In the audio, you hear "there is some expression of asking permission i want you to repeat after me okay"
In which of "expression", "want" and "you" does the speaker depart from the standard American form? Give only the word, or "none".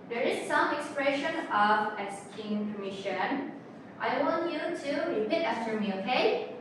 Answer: none